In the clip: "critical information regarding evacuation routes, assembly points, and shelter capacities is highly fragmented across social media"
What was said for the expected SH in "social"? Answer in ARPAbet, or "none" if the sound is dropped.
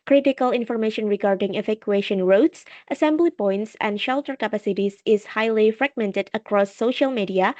SH